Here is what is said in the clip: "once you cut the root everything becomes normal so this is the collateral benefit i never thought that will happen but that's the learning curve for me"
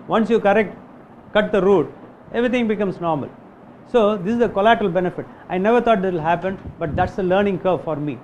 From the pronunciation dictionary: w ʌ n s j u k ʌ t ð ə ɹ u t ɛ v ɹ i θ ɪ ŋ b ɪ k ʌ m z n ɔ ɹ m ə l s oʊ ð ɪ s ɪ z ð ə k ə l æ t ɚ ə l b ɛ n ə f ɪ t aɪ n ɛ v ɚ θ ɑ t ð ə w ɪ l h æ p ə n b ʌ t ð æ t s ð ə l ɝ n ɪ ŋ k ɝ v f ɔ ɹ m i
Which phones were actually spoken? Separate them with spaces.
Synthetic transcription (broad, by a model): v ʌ n s j u k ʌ t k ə ɹ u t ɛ v ɹ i t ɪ ŋ b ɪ k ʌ m s n ɔ ɹ m ə l s oʊ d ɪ s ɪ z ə k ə l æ t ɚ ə l b ɛ n ə f ɪ t aɪ n ɛ v ɚ t ɑ t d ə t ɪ l h æ p ə n b ʌ t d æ t s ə l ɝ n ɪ ŋ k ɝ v f ɔ ɹ m i